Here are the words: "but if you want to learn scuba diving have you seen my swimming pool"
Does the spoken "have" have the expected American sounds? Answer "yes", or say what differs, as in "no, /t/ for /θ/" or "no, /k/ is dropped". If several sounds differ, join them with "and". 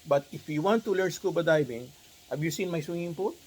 no, /b/ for /v/